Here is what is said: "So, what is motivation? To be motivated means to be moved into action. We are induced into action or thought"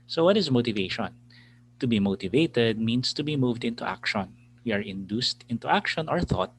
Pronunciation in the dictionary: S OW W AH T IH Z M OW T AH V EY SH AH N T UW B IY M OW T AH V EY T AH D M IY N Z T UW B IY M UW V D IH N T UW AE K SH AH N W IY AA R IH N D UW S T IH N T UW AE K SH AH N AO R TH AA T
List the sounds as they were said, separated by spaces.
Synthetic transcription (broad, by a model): S OW W AH T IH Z M OW T AH V EY SH AH N T UW B IY M OW T AH V EY T AH D M IY N S T UW B IY M UW V D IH N T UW AE K SH AH N W IY AA R IH N D UW S T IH N T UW AE K SH AH N AO R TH AA T